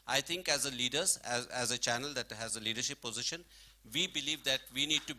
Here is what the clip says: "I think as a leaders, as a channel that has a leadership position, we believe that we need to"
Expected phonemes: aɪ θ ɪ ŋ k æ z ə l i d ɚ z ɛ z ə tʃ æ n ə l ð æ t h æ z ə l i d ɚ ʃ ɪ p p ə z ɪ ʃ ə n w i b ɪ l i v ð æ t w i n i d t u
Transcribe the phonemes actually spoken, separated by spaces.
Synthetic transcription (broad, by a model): aɪ t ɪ ŋ k æ z ə l i d ɚ z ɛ z ə tʃ æ n ə l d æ t h æ z ə l i d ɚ ʃ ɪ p p ə z ɪ ʃ ə n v i b ɪ l i v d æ t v i n i d t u